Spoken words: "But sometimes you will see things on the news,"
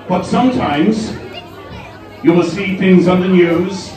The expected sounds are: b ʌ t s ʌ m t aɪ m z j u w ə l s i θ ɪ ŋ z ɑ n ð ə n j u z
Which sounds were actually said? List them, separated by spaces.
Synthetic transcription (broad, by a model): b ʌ t s ʌ m t aɪ m z j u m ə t s i θ ɪ ŋ z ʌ n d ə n j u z